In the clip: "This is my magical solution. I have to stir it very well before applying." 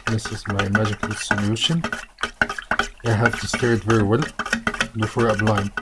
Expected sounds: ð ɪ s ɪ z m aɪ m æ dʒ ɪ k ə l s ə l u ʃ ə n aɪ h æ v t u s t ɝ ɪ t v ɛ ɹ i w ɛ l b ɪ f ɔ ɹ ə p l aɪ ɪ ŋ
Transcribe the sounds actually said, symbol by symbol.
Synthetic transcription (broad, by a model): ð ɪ s ɪ z m aɪ m æ dʒ ɪ k ə l s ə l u ʃ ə n aɪ h æ v t u s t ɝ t v ɛ ɹ i w ɛ l b ɪ f ɔ ɹ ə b l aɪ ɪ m